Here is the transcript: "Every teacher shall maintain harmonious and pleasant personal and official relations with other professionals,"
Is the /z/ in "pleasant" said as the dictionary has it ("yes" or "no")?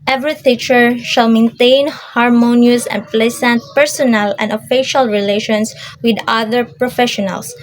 no